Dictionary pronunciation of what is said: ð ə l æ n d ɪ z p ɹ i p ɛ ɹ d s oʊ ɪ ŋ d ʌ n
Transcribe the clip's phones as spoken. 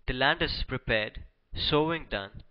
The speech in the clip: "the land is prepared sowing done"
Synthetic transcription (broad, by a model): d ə l æ n d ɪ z p ɹ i p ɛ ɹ d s oʊ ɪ ŋ d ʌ n